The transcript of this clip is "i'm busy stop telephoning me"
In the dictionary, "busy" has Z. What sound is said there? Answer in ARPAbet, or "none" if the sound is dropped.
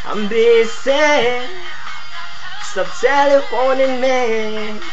S